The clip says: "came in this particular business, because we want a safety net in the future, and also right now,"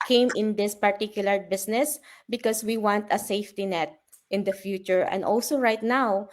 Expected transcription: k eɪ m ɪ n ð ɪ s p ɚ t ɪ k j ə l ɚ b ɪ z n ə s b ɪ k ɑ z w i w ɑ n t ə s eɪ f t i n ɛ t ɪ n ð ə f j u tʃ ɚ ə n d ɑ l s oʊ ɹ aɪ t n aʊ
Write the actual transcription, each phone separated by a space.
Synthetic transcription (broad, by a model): k eɪ m ɪ n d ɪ s p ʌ t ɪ k j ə l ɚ b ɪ s n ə s b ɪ k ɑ s w i w ɑ n t ə s eɪ f t i n ɛ t ɪ n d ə f j u tʃ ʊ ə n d ɑ l s oʊ ɹ aɪ t n aʊ